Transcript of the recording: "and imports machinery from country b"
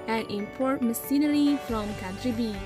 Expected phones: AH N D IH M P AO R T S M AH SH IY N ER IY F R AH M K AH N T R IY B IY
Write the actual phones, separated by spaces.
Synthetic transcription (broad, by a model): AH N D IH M P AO R T M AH S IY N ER IY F R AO M K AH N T R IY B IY